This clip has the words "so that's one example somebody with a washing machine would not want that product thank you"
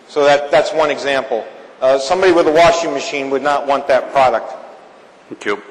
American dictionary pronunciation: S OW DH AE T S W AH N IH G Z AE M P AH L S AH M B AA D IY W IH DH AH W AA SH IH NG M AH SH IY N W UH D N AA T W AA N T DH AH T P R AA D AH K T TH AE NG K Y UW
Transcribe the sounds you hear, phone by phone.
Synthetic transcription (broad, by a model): S OW DH AE T S W AH N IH G Z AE M P L S AH M B AA D IY W IH DH AH W AA SH IH NG M AH SH IY N W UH D N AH T W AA N DH AH T P R AA D AH K T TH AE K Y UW